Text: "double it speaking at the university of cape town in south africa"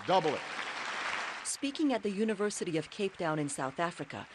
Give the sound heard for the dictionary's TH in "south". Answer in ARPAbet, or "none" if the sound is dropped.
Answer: TH